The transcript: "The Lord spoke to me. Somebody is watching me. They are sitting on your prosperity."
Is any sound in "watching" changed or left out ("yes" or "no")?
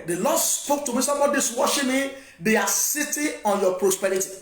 yes